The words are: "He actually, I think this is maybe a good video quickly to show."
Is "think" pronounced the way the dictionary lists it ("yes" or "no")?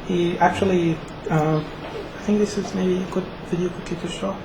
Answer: yes